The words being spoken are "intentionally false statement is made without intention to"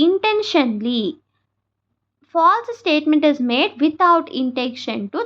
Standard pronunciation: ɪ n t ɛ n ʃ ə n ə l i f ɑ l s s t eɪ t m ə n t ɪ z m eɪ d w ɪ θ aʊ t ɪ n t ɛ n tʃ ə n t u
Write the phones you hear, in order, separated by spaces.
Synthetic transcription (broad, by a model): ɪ n t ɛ n ʃ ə n l i f ɑ l s s t eɪ t m ə n t ɪ z m eɪ d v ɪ t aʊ t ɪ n t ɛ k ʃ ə n t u